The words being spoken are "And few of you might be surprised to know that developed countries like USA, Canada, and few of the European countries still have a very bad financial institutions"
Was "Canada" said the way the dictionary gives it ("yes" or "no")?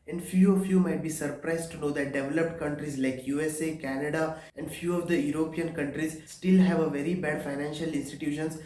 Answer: yes